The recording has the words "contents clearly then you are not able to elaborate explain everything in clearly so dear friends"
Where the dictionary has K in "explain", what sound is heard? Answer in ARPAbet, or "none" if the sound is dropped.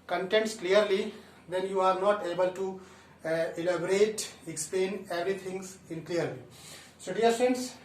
K